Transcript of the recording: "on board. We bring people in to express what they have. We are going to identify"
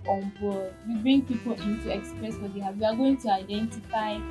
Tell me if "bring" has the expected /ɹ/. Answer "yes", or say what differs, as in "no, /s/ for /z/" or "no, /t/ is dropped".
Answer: yes